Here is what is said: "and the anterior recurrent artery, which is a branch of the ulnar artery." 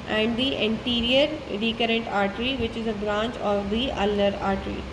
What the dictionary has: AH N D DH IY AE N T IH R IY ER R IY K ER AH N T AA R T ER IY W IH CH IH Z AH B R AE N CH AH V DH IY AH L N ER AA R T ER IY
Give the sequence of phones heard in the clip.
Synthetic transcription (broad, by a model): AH N D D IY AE N T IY R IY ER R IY K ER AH N T AA R T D IY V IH CH IH Z AH B R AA N CH AH V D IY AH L ER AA R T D IY